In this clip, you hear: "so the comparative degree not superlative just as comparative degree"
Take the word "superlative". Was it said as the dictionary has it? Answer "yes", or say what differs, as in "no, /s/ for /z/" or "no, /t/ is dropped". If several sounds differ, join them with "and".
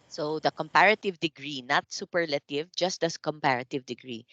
yes